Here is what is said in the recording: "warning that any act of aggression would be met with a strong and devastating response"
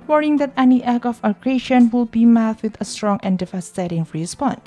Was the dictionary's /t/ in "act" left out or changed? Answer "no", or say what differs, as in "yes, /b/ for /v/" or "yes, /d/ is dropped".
yes, /t/ is dropped